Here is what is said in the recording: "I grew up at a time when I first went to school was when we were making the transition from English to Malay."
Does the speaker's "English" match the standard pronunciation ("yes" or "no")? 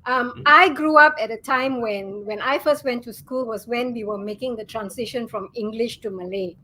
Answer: yes